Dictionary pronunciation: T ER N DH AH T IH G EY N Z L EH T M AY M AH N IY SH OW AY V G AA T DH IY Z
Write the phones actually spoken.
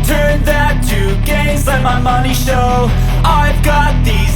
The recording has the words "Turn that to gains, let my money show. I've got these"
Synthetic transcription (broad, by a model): T ER N DH AH T IH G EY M Z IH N M AY M AH N IY SH OW AY V G AA T DH IY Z